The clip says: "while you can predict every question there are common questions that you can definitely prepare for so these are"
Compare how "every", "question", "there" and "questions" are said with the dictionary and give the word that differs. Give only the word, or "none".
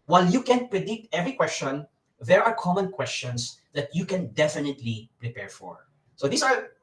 questions